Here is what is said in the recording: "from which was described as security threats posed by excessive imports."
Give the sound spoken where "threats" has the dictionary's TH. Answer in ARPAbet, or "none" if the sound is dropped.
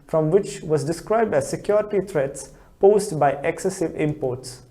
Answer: T